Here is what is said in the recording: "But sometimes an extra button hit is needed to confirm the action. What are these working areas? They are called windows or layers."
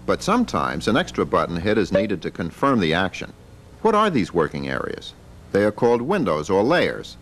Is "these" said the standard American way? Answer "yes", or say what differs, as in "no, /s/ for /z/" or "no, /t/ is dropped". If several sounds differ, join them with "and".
yes